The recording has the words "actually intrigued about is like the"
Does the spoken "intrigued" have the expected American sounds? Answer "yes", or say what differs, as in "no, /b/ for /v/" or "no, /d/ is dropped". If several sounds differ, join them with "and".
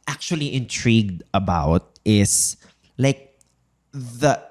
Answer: yes